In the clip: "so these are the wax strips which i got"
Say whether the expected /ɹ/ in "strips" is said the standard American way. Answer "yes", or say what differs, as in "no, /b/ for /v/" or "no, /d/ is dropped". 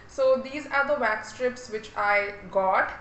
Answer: yes